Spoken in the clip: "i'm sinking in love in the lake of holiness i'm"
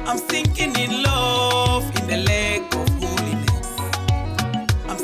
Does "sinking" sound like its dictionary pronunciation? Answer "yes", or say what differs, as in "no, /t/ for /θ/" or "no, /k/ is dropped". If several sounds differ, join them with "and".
no, /θ/ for /s/